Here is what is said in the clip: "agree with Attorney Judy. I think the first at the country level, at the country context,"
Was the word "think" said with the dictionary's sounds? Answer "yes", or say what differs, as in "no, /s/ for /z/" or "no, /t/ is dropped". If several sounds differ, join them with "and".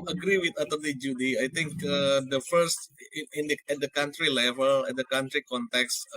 no, /t/ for /θ/